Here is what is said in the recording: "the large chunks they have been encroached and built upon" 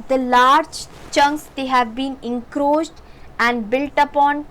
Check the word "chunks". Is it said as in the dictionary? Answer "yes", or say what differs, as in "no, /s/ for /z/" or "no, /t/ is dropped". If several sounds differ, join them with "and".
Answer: yes